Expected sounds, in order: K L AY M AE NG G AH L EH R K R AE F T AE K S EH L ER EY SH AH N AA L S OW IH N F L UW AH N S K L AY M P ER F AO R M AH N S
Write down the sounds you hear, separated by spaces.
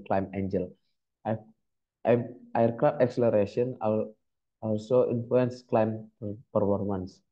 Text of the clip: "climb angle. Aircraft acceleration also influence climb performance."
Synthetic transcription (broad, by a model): K L AY M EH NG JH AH L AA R K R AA T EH K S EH L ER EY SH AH N AA L S OW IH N F L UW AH N S K L AY M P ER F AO R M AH N S